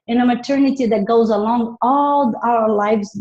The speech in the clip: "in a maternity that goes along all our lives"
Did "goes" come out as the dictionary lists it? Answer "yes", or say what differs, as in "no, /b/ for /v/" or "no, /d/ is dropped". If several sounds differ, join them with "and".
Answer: yes